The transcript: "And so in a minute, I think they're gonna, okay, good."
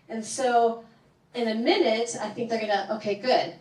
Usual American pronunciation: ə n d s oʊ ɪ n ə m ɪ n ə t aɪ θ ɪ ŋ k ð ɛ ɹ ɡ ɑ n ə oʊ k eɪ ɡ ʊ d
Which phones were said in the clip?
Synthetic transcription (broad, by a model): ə n s oʊ ɪ n ə m ɪ n ə t aɪ θ ɪ ŋ k ð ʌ ɹ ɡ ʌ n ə oʊ k eɪ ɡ ʊ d